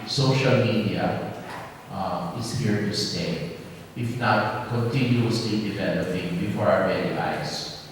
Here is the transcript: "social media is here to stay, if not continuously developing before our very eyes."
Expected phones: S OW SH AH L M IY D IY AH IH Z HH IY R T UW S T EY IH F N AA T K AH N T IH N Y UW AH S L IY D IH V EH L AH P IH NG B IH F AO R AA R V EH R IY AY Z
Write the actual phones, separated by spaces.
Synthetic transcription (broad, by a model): S OW SH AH L M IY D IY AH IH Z HH IY R T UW S T EY IH F N AA T K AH N T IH N Y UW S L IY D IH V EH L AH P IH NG B IH F AO R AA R B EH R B AY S